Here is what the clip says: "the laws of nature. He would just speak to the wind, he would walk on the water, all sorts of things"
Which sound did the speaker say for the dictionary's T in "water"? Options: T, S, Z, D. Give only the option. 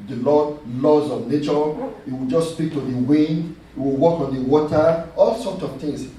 T